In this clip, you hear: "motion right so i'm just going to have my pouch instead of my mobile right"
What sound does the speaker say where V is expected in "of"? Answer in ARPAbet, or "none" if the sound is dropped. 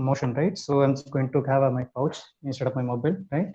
P